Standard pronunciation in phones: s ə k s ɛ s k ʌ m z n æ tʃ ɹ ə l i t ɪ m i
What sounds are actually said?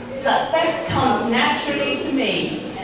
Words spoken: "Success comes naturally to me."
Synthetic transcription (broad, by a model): s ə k s ɛ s k ʌ m z n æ tʃ ɹ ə l i t ɪ m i